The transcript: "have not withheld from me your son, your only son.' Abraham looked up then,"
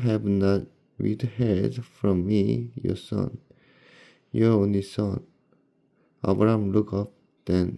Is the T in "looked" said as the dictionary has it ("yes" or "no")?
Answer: no